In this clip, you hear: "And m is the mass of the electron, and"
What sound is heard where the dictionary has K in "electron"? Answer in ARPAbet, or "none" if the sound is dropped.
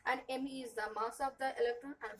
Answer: K